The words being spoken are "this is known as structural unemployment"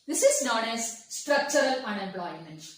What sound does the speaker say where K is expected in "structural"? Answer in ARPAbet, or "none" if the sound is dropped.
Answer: K